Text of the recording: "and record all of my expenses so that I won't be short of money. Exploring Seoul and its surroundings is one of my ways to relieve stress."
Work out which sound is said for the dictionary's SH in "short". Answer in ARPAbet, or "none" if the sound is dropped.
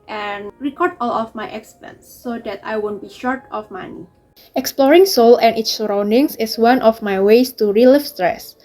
SH